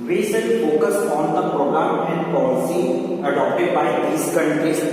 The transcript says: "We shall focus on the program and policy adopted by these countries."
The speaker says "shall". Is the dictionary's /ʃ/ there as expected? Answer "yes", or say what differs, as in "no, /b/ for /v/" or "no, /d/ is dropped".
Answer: no, /s/ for /ʃ/